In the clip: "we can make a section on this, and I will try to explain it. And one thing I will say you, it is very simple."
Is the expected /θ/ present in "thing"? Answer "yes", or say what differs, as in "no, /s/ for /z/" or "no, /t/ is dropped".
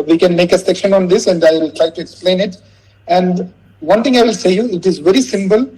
no, /t/ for /θ/